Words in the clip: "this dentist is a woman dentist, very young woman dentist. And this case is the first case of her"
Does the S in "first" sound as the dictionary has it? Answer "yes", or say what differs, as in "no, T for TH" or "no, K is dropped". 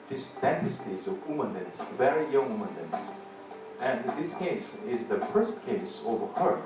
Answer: yes